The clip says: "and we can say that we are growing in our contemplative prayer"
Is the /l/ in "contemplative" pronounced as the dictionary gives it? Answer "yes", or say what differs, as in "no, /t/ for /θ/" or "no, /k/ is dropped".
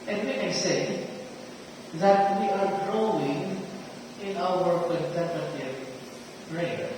no, /l/ is dropped